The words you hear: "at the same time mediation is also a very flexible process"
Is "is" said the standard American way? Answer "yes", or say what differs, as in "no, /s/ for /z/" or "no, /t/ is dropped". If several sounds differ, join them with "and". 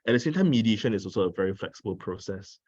no, /s/ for /z/